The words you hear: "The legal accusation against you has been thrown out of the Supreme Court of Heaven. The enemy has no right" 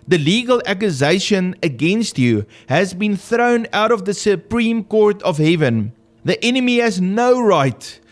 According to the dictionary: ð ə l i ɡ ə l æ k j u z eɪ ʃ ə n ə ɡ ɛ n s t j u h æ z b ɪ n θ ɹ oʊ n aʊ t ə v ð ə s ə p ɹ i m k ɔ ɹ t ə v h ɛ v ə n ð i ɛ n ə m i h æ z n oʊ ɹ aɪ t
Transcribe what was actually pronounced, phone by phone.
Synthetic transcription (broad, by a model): ð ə l i ɡ ə l æ k j u z eɪ ʃ ə n ə ɡ ɛ n s t j u h æ z b ɪ n θ ɹ oʊ n aʊ t ə v ð ə s ə p ɹ i m k ɔ ɹ t ə v h ɛ v ə n ð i ɛ n ə m i h æ z n oʊ ɹ aɪ t